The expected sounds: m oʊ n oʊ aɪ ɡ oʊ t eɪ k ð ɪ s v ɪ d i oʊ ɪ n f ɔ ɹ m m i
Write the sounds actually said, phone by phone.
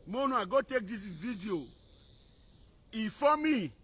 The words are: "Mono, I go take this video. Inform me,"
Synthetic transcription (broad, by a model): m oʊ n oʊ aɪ ɡ oʊ t eɪ k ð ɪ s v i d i oʊ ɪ f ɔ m m i